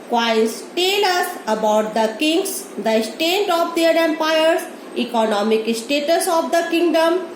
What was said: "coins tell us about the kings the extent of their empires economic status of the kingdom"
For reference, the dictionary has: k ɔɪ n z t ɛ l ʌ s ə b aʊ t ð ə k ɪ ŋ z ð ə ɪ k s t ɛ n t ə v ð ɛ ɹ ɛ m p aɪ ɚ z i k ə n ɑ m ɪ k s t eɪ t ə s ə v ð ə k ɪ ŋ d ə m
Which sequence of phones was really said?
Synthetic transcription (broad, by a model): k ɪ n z t ɛ l ʌ s ə b aʊ t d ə k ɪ ŋ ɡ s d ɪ s t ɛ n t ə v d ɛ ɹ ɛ m p aɪ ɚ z i k ə n ɑ m ɪ k s t eɪ t ə s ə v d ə k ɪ ŋ d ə m